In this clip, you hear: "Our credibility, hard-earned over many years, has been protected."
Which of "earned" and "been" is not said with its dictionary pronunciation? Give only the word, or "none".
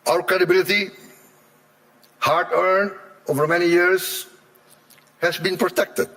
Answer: earned